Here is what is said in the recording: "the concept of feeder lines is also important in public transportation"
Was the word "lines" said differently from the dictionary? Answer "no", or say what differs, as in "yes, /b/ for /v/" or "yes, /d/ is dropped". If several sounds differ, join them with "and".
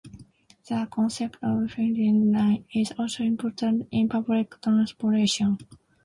yes, /z/ is dropped